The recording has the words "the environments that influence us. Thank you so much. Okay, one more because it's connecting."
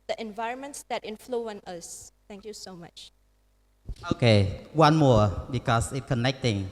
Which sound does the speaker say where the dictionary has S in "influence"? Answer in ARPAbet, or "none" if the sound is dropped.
none